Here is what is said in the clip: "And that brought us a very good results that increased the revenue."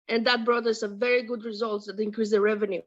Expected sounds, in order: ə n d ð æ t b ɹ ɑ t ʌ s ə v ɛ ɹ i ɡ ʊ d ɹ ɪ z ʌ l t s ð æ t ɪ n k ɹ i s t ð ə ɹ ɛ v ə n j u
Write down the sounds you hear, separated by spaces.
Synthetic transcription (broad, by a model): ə n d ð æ t b ɹ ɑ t ʌ s ə v ɛ ɹ i ɡ ʊ d ɹ ɪ z ʌ l t s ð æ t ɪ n k ɹ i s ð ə ɹ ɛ v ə n j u